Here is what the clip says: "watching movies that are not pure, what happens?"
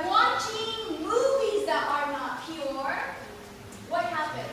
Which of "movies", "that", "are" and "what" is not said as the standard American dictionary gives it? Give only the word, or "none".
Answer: none